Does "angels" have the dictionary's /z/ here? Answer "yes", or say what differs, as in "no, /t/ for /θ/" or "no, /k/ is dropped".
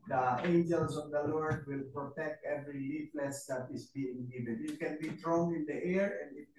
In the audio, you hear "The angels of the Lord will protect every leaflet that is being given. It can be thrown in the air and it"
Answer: no, /s/ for /z/